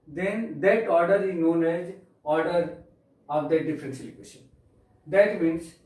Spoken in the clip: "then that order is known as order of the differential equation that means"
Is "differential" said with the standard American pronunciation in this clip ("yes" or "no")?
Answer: no